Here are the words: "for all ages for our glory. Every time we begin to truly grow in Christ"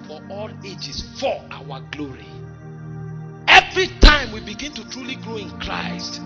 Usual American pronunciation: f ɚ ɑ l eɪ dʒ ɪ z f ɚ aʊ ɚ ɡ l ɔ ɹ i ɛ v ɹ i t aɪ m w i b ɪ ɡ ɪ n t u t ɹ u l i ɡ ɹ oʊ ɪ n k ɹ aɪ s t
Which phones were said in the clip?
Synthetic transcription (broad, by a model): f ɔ ɑ l eɪ dʒ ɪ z f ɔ aʊ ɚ ɡ l ɔ ɹ i ɛ v ɹ i t aɪ m w i b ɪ ɡ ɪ n t u t ɹ u l i ɡ ɹ oʊ ɪ n k ɹ aɪ s t